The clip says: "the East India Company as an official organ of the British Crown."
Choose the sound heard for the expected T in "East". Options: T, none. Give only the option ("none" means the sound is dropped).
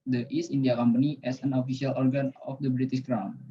none